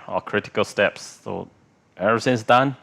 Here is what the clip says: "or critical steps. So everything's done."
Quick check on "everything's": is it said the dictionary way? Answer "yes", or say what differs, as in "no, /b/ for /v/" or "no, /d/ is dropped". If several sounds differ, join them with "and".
no, /v/ is dropped and /s/ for /θ/